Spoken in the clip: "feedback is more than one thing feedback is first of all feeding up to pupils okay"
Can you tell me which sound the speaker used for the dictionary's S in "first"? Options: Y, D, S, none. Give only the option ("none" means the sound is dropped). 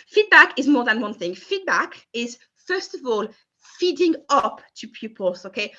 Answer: S